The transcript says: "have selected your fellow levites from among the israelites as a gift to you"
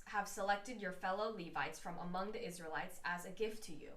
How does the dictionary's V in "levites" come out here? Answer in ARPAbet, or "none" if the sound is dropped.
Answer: V